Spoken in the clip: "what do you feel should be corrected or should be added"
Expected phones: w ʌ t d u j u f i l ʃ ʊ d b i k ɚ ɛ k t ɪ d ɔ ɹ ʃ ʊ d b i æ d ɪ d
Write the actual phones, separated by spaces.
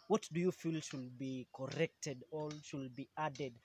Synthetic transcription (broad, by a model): w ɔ t d u j u f i l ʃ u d b i k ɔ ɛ k t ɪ d ɔ l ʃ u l b i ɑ d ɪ d